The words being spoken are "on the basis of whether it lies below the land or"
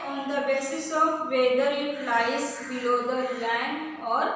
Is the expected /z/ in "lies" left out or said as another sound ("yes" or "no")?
yes